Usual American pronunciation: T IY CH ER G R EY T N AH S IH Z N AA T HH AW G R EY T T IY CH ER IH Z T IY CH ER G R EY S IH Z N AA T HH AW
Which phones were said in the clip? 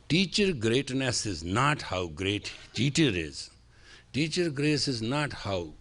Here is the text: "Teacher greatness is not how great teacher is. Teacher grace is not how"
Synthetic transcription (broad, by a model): T IY CH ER G R EY T N AH S IH Z N AA T HH AW G R EY T T IY CH ER IH Z T IY CH ER G R EY S IH Z N AA T HH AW